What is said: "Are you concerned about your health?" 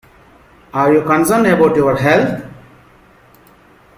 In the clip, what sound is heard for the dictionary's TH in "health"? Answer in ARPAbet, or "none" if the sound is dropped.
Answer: T